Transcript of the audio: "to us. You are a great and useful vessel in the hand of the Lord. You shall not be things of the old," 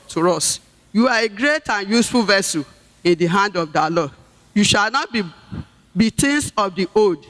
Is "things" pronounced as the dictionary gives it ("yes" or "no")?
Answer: no